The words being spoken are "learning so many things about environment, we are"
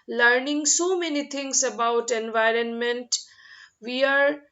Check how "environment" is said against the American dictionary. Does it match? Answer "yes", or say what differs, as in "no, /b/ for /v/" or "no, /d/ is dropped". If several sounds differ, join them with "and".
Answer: yes